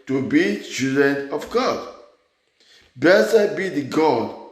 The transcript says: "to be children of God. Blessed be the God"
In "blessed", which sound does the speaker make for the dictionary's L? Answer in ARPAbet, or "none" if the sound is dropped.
none